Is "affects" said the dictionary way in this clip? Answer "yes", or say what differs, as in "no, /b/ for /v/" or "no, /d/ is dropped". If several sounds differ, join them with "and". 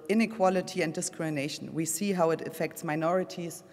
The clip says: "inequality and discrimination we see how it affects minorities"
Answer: yes